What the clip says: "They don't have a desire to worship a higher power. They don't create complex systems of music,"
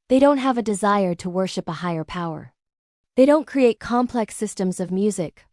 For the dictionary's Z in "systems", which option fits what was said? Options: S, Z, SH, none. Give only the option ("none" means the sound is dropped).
Z